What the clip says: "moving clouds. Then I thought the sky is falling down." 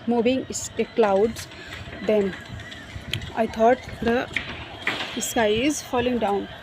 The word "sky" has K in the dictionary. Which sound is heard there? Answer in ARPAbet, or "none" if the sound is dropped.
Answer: none